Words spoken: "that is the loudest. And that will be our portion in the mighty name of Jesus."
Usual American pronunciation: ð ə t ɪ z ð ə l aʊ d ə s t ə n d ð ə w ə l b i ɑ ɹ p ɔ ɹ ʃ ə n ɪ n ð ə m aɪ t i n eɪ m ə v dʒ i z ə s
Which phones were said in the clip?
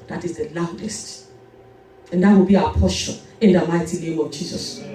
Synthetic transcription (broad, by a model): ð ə t ɪ z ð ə l aʊ d ə s t ə n d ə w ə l b i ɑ p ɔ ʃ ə ɪ n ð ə m aɪ t i n eɪ m ə v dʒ i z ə s